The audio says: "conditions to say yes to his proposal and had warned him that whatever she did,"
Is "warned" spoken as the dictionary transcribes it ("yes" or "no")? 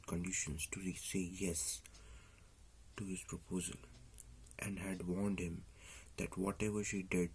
yes